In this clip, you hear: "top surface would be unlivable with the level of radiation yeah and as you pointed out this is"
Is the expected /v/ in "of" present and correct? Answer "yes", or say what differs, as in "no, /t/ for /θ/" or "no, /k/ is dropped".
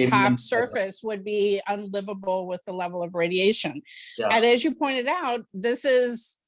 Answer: yes